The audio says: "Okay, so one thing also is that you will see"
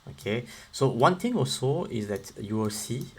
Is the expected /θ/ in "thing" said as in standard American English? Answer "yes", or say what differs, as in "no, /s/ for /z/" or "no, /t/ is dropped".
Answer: no, /t/ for /θ/